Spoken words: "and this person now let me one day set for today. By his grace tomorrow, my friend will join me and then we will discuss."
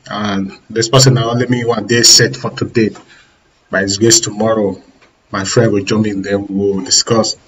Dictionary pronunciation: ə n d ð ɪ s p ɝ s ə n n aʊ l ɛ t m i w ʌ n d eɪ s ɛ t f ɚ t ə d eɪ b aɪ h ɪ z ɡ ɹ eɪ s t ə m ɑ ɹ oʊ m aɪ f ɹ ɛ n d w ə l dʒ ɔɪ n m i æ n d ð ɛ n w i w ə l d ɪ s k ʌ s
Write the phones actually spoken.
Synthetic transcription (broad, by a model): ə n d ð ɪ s p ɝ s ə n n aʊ l ɛ t m i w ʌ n d eɪ s ɛ t f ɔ t ə d eɪ b aɪ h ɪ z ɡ eɪ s t ə m ɑ ɹ oʊ m aɪ f ɹ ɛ n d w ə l dʒ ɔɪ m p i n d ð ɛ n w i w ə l d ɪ s k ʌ s